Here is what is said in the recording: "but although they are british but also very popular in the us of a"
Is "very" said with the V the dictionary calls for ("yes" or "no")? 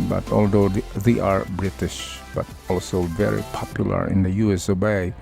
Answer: yes